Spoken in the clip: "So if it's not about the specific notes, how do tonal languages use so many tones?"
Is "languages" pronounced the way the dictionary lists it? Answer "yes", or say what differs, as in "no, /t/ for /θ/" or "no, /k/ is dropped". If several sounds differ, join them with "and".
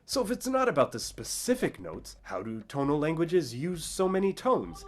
yes